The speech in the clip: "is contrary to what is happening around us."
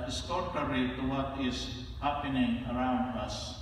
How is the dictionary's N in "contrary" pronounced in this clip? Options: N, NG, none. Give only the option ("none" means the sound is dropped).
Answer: none